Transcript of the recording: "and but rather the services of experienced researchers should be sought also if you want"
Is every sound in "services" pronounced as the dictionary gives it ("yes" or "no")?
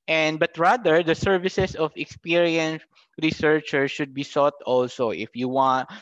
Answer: no